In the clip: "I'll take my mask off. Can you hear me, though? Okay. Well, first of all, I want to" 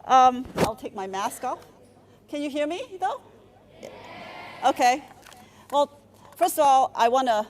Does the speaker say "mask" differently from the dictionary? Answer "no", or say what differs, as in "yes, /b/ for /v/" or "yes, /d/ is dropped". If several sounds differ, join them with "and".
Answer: no